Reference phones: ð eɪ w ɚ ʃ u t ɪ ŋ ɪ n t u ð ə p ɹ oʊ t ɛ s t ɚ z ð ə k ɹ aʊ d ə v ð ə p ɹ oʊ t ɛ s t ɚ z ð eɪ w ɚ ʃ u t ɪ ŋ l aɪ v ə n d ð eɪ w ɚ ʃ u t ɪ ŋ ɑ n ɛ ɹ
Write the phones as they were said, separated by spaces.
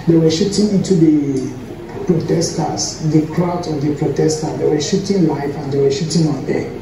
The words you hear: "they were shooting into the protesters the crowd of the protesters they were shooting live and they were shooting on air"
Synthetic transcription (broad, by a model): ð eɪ w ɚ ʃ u t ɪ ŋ ɪ n t u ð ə p ɹ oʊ t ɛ s t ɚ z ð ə k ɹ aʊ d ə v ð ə p ɹ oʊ t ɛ s t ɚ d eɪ w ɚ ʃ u t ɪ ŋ l aɪ f ə n d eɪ w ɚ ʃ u t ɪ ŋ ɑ n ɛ